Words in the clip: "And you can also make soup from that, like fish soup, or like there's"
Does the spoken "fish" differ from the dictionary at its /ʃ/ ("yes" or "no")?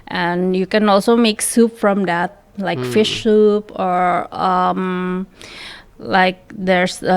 no